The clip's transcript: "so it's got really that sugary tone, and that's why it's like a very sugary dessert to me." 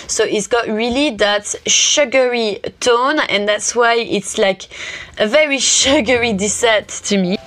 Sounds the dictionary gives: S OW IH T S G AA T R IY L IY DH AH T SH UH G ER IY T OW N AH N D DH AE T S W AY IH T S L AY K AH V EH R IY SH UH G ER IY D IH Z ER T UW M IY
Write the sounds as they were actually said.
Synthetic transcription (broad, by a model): S OW IH T S G AA T R IY L IY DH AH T SH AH G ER IY T OW N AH N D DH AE T S W AY IH T S L AY K AH V EH R IY SH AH G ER IY D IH S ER T UW M IY